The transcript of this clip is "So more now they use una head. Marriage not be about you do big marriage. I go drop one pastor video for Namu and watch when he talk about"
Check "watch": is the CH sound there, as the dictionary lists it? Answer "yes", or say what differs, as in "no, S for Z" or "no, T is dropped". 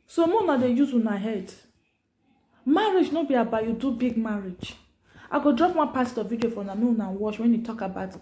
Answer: no, SH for CH